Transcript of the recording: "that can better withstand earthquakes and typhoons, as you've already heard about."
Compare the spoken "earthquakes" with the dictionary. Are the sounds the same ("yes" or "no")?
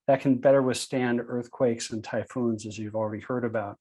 yes